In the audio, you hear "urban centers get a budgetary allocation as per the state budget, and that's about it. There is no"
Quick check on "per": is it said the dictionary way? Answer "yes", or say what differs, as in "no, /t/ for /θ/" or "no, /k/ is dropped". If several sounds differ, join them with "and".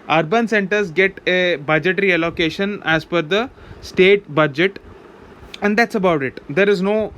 no, /f/ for /p/